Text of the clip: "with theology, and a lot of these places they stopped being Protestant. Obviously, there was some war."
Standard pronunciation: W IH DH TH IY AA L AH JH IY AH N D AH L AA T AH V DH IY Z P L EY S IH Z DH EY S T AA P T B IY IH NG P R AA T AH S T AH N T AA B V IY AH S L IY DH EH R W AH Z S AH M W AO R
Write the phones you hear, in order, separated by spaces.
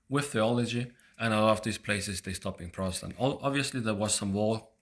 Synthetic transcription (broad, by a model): W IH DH TH IY AA L AH JH IY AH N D AH L AA T AH V DH IY Z P L EY S IH Z DH EY S T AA P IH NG P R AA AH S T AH N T AA B V IY AH S L IY DH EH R W AH Z S AH M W AO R